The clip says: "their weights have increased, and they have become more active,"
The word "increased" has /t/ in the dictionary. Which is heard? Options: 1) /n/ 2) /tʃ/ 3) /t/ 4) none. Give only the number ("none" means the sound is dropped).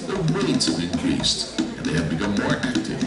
3